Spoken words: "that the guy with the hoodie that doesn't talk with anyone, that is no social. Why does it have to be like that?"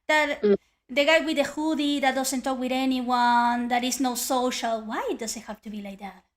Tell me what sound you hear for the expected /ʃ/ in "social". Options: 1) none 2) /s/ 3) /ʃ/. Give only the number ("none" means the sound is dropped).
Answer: 3